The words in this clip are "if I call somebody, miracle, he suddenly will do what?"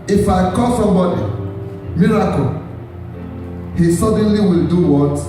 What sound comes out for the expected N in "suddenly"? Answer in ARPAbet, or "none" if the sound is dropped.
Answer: N